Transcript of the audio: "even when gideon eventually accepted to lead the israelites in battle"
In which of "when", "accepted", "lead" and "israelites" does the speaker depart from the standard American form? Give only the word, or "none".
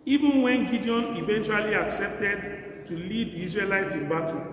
israelites